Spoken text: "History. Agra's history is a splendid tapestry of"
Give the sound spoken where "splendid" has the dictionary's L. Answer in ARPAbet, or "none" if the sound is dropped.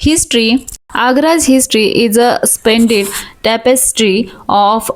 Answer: none